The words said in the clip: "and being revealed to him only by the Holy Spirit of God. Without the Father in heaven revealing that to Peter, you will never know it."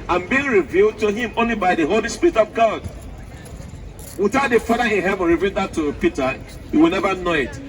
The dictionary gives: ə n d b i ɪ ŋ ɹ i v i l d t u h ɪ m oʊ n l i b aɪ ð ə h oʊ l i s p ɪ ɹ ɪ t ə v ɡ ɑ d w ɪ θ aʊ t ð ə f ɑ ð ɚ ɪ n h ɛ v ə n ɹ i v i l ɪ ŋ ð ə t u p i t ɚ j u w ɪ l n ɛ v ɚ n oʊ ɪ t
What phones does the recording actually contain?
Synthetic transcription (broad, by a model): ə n b i ɪ ŋ ɹ i v i l d t u h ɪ m oʊ n l i b aɪ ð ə h oʊ l i s p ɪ ɹ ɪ t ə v ɡ ɑ d w ɪ θ aʊ t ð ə f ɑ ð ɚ ɪ n h ɛ v ə n ɹ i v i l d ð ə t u p i t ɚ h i w ɪ l n ɛ v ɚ n oʊ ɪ t